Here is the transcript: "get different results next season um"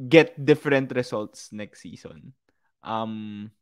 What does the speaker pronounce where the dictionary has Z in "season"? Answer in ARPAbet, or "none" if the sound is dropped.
S